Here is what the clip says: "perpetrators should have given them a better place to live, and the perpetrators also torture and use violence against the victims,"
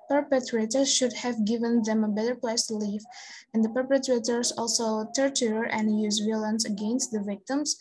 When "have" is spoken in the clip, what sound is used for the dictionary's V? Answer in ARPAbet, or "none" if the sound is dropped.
V